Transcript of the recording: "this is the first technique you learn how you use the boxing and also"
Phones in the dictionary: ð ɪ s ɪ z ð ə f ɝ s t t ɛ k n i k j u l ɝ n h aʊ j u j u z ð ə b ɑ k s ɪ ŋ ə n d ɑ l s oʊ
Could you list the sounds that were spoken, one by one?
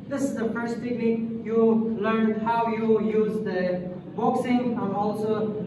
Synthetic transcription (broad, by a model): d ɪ s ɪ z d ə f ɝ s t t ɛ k l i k j u l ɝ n h aʊ j u j u z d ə b ɑ k s ɪ ŋ ə n d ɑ l s oʊ